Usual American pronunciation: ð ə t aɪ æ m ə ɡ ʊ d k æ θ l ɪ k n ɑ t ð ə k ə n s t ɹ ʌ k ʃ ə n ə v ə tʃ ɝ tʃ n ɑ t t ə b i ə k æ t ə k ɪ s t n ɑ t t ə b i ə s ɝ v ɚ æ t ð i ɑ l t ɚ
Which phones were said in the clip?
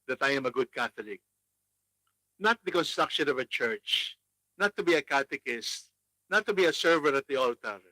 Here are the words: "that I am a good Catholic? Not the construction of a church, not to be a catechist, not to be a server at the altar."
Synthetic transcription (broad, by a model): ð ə t aɪ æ m ə ɡ ʊ d k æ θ l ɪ k n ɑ t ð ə k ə n s t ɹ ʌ k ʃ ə n ə v ə tʃ ɝ tʃ n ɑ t t ə b i ə k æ t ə k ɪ s t n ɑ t t ə b i ə s ɝ v ɚ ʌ t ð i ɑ l t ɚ